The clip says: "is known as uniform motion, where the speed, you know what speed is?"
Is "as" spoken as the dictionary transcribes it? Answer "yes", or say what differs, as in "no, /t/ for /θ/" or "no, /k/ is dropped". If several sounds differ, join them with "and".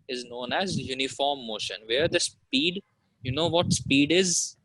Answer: yes